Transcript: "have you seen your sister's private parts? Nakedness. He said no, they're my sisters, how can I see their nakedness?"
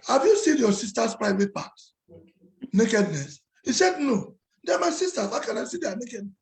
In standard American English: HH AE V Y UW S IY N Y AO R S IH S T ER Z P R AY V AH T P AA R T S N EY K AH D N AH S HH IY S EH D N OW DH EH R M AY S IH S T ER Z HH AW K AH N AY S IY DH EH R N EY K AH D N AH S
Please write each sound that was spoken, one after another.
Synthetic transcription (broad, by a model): HH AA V Y UW S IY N Y AO S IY S T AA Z P R AY V AH T P AA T N EY K AH D N AH S HH IY S EH D N OW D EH M AY S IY S T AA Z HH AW K AH N AY S IY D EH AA N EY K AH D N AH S